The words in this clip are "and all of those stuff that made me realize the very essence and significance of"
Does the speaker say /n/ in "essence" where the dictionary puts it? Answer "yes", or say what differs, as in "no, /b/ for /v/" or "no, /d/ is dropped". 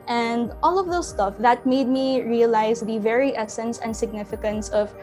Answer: yes